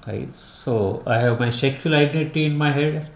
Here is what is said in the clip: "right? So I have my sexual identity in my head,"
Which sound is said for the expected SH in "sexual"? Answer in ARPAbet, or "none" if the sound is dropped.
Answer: none